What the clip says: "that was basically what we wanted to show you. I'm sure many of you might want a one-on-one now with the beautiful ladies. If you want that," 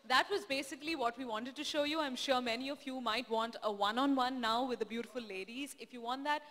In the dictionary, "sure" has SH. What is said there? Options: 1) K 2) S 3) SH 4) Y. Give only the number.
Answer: 3